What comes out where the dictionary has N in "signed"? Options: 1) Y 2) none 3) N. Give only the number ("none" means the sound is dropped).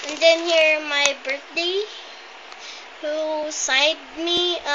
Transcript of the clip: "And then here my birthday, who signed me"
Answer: 2